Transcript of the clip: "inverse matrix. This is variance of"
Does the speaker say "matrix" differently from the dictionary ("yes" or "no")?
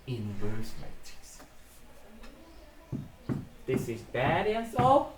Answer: yes